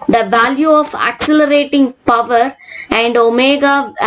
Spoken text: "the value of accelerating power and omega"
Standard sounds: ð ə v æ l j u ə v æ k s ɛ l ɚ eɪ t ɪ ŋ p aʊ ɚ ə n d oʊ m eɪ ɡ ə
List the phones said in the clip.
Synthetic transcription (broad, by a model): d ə v æ l j u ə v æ k s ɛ l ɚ eɪ t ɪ ŋ p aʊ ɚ ə n d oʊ m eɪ ɡ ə